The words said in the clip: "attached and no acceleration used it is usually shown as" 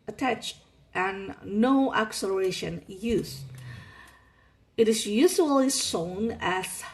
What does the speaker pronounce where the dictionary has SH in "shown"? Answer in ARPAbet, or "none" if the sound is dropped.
S